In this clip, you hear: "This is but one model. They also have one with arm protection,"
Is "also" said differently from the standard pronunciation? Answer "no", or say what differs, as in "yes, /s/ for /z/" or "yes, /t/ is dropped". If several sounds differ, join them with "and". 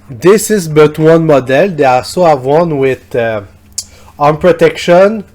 yes, /l/ is dropped